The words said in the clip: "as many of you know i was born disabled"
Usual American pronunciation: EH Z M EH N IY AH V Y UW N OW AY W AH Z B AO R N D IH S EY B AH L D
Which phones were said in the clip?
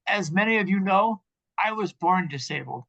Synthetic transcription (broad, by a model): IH Z M EH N IY AH V Y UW N OW AY W AH Z B AO R N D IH S EY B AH L